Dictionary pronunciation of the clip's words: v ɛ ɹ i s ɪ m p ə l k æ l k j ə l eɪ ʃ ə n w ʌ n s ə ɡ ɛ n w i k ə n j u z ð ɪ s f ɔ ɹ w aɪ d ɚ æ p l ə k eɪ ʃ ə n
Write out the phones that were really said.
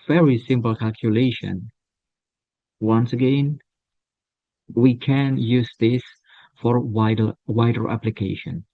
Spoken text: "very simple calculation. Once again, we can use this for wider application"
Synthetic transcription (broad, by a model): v ɛ ɹ i s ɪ m p l k æ l k j ə l eɪ ʃ ə n w ʌ n s ə ɡ ɛ n w i k ə n j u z ð ɪ s f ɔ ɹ w aɪ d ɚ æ p l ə k eɪ ʃ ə n